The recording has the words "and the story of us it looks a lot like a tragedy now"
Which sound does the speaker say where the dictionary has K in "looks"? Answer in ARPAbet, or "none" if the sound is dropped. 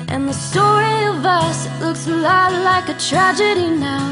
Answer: K